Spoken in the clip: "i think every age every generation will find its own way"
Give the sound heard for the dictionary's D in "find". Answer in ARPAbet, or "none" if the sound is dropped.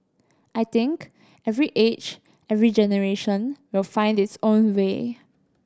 D